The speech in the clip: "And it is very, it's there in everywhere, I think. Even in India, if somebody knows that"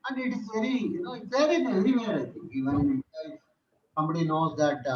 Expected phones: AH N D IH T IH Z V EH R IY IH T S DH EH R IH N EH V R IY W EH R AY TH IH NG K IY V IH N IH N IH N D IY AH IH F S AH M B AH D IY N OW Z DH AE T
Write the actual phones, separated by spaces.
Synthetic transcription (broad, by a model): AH N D IH T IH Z V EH R IY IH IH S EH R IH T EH R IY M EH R AY T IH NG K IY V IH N IH N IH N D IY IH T S AH M B AH D IY N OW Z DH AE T